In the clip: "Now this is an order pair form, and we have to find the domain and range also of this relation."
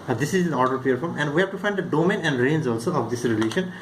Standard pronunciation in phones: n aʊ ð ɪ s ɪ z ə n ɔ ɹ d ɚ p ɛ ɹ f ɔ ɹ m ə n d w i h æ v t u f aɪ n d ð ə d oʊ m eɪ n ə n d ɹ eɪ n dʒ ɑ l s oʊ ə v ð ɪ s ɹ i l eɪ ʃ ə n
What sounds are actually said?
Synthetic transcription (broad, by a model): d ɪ s ɪ z ə n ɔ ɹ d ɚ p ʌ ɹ f ɔ ɹ m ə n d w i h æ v t u f aɪ n d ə d oʊ m eɪ n ə n d ɹ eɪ n z ɑ l s oʊ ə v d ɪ s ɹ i l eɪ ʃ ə n